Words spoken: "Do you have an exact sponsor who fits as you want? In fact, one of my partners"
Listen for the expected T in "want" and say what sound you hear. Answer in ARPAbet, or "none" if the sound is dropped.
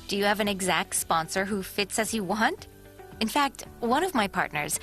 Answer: T